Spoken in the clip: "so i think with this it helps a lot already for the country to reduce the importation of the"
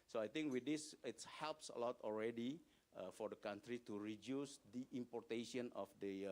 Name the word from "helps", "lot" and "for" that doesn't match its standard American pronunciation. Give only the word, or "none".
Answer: none